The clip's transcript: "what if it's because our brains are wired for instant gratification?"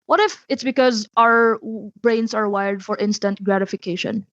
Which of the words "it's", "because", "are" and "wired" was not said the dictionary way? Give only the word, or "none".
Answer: none